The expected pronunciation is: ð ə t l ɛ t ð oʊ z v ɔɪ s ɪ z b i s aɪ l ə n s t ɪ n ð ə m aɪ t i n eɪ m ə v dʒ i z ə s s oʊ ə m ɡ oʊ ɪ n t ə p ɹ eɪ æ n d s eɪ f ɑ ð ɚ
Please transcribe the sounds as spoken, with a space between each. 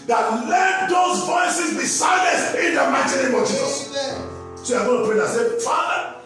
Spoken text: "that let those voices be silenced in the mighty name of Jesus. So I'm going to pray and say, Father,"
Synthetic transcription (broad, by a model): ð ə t l ɛ t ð oʊ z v ɔɪ s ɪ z b i s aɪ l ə s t ɪ n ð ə m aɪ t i n eɪ m ə v dʒ i z ə s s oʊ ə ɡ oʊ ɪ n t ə p ɹ eɪ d s eɪ f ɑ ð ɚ